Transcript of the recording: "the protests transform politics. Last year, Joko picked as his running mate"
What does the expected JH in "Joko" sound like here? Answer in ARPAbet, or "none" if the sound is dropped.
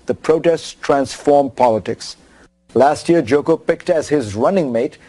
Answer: JH